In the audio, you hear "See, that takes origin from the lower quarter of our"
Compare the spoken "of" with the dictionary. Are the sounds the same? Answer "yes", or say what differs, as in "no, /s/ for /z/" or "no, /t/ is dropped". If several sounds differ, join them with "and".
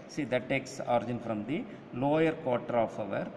yes